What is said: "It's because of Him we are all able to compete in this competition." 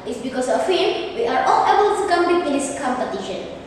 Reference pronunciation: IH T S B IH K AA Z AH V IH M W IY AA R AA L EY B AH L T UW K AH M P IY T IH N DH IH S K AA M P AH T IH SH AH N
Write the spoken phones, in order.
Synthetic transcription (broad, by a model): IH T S B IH K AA S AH F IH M W IY AA R AA L EY B AH L T UW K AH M B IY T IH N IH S K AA M P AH T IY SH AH N